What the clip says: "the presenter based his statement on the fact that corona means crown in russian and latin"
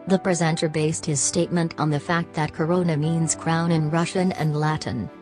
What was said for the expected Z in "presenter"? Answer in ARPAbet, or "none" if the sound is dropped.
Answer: Z